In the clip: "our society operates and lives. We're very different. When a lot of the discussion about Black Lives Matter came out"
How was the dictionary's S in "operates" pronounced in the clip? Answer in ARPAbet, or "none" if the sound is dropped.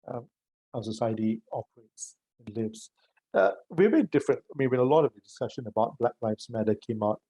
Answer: S